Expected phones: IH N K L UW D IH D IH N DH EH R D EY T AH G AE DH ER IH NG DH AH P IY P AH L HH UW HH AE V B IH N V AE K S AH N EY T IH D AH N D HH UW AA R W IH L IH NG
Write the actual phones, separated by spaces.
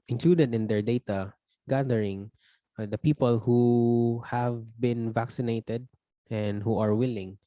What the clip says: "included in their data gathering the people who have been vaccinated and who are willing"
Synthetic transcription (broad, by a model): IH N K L UW D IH D IH N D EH R D EY T AH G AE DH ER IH NG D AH P IY P AH L HH UW HH AE V B IH N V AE K S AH N EY T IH D AH N D HH UW AA R W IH L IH NG